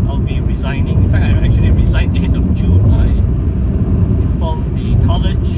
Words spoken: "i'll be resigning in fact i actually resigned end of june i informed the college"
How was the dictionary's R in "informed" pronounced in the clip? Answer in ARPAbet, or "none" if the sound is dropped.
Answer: L